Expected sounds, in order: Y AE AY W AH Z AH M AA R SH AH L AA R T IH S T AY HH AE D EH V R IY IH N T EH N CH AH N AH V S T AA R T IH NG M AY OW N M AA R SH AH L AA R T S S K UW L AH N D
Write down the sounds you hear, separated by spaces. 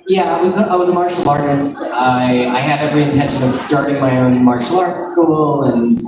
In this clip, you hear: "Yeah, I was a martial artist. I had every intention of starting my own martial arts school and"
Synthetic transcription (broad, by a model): Y AE AY W AH Z AH M AA R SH L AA R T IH S T AY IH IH D EH V R IY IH N T EH N SH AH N AH V S T AA R T IH NG M AY OW N M AA R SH L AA R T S S K UW L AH N